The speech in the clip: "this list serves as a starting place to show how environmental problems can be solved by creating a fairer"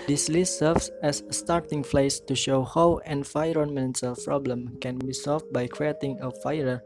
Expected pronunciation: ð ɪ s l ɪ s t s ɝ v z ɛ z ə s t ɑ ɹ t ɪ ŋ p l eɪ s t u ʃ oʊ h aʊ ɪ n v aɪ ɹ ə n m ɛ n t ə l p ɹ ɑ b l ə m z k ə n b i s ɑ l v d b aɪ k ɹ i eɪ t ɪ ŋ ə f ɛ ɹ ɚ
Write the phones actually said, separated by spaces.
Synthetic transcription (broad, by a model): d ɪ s l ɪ s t s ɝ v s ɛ s t ɑ ɹ t ɪ ŋ f l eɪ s t u ʃ oʊ h aʊ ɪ n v aɪ ɹ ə n m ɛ n s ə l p ɹ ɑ b l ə m k ə n b i s ɑ l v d b aɪ k ɹ i eɪ t ɪ ŋ ə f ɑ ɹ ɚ